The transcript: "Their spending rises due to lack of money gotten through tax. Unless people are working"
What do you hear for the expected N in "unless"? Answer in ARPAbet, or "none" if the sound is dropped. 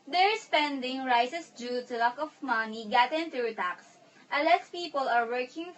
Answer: none